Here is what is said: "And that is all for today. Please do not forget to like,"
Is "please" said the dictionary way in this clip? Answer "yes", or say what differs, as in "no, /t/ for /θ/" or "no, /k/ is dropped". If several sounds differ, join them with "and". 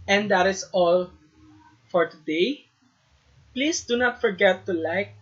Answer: no, /s/ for /z/